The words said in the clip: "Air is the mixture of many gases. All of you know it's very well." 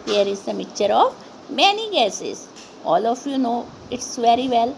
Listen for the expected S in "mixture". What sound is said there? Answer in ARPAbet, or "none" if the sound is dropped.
none